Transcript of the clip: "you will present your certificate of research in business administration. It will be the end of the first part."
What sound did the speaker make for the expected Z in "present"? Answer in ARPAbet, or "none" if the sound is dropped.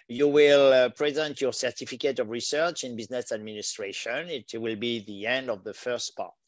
Z